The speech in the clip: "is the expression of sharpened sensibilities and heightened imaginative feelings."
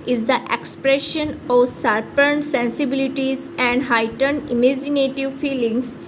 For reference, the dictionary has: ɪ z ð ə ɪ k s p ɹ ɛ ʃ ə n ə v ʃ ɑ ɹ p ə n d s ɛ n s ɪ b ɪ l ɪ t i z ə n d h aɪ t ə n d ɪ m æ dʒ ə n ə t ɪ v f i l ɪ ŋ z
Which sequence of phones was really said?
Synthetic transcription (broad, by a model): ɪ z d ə ɪ k s p ɹ ɛ ʃ ə n ə v s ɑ ɹ p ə n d s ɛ n s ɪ b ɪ l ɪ t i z ə n d h aɪ t ə n d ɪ m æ dʒ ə n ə t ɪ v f i l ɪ ŋ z